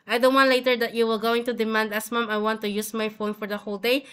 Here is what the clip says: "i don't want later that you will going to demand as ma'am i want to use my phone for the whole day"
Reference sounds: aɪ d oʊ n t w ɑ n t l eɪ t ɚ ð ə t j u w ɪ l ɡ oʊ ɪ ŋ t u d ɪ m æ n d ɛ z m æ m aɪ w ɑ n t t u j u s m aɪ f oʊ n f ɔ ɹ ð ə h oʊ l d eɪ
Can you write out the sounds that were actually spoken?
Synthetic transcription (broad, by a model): aɪ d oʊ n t w ɑ n t l eɪ t ɚ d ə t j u w ɪ l ɡ oʊ ɪ ŋ t u d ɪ m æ n d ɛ s m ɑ m aɪ w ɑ n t t u j u s m aɪ f oʊ n f ɔ ɹ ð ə h oʊ l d eɪ